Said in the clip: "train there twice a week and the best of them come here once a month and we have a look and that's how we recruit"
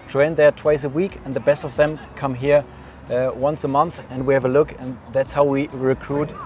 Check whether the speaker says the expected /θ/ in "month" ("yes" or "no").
yes